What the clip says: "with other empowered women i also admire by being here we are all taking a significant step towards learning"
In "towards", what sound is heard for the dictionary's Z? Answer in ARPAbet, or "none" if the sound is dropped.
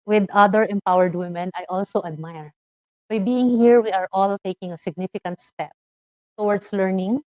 S